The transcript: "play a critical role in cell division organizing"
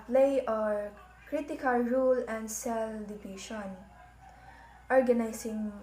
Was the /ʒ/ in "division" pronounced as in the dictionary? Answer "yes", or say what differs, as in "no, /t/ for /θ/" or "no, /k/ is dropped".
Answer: no, /ʃ/ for /ʒ/